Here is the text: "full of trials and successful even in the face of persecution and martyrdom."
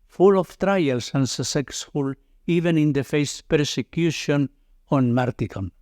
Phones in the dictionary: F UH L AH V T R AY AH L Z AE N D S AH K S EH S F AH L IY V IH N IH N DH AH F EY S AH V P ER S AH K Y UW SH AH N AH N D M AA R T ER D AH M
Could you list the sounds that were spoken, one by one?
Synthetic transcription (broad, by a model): F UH L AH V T R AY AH L S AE N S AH S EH S F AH L IY V IH N IH N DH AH F EY S P ER S AH K Y UW SH AH N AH N M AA R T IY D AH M